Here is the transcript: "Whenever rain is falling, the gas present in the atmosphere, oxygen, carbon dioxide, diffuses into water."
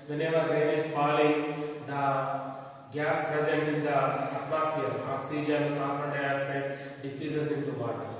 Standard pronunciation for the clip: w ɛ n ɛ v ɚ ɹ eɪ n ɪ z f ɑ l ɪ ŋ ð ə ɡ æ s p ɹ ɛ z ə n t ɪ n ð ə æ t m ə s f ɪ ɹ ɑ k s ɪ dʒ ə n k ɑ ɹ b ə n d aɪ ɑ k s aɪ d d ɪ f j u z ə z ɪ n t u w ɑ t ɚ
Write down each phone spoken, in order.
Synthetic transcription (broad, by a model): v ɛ n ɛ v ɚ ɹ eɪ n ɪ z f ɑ l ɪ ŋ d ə ɡ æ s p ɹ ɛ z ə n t ɪ n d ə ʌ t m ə s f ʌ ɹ ɑ k s ɪ dʒ ə n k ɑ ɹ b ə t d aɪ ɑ s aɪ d d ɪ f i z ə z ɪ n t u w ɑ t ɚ